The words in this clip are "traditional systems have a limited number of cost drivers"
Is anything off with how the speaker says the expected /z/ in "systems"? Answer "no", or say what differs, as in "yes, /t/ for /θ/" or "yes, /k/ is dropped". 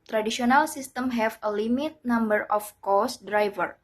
yes, /z/ is dropped